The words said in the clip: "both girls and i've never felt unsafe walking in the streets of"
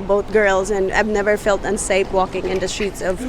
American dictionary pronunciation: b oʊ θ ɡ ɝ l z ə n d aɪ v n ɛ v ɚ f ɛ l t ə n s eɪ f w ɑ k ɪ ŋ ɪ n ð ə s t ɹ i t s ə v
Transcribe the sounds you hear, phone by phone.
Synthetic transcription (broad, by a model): b oʊ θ ɡ ɝ l z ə n aɪ v n ɛ v ɚ f ɛ l t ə n s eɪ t w ɑ k ɪ ŋ ɪ n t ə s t ɹ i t s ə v